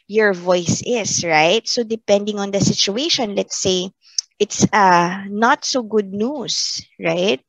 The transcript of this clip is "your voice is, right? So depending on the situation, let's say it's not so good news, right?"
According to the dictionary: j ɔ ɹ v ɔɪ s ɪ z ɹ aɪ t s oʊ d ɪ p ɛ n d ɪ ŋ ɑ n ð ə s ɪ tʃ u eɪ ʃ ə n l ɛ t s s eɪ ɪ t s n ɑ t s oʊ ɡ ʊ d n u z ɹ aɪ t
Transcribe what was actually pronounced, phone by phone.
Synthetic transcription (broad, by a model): j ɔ ɹ v ɔɪ s ɪ s ɹ aɪ t s oʊ d ɪ p ɛ n d ɪ ŋ ɑ n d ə s ɪ tʃ u eɪ ʃ ə n l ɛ t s s eɪ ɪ t s n ɑ t s oʊ ɡ ʊ d n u s ɹ aɪ t